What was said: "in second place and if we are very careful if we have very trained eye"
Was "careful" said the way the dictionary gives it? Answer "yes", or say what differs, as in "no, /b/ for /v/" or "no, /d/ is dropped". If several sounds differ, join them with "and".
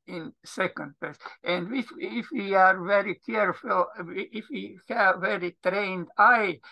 yes